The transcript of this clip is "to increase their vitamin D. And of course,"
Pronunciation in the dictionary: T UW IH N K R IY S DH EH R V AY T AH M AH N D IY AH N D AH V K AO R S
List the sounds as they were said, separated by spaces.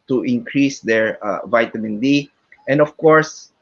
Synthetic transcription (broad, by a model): T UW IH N K R IY S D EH R V AY T AH M AH N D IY AH N D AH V K AO R S